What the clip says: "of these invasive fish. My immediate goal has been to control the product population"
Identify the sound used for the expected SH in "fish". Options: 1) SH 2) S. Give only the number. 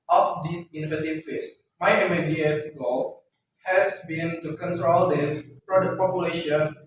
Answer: 2